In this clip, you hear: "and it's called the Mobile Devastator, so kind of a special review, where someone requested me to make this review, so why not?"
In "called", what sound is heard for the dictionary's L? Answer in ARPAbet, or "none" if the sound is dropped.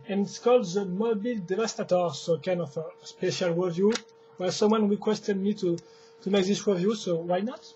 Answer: L